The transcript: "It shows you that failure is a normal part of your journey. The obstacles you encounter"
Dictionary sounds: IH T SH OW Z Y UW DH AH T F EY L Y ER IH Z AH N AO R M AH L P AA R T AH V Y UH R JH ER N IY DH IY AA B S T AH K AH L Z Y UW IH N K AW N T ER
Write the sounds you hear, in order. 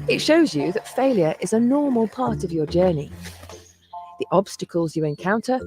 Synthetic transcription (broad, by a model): IH T SH OW Z Y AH DH AH T F EY L Y ER IH Z AH N AO M AH L P AA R T AH V Y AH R JH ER N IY DH IY AA B S T AH K AH L Z Y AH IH N K AW N T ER